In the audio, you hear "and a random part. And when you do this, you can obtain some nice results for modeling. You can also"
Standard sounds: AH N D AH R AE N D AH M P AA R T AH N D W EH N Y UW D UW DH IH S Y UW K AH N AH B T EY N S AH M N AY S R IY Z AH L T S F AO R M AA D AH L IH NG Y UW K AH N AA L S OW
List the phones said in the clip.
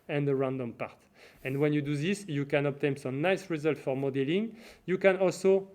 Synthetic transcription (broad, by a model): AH N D AH R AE N D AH M P AA R T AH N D W EH N Y UW D UW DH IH S Y UW K AH N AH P T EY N S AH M N AY S R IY Z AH L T F AO R M AA D AH L IH NG Y UW K AH N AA L S OW